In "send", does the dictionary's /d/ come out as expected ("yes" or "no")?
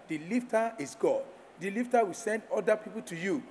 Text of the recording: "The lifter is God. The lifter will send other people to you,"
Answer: yes